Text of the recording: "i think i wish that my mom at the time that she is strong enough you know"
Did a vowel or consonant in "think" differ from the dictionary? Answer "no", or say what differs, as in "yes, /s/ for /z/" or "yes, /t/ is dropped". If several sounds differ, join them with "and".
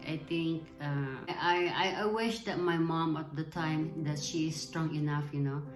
yes, /t/ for /θ/